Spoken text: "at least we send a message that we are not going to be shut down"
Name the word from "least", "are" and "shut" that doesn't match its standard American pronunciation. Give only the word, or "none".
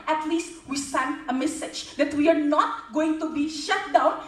none